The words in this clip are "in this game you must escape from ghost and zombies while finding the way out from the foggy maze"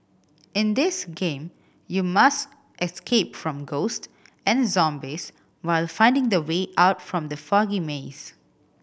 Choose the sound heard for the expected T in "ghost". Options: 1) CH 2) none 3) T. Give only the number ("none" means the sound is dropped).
3